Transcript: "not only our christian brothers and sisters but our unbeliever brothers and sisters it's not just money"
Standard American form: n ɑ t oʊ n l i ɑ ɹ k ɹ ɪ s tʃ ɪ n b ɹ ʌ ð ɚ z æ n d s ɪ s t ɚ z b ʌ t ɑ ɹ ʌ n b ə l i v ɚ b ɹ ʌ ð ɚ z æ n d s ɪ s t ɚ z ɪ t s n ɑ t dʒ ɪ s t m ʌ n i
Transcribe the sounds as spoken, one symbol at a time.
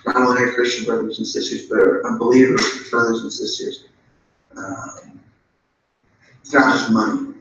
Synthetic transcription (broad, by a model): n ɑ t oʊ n i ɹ k ɹ ɪ s tʃ ɪ n b ɹ ʌ ð ɚ z n s ɪ s t ɚ z b ʌ t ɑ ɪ b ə l i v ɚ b ɹ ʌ ð ɚ z n s ɪ s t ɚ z ɪ t s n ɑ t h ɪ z m ʌ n i